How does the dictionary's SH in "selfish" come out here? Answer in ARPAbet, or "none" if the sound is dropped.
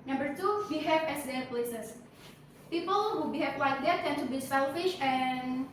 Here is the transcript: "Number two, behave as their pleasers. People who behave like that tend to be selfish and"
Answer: SH